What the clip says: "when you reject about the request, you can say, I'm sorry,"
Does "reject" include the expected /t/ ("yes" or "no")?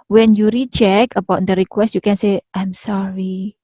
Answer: no